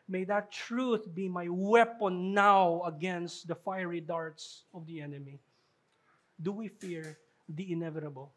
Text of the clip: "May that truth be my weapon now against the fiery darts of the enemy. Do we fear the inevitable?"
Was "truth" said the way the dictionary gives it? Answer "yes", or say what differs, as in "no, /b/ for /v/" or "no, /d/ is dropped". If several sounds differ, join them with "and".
yes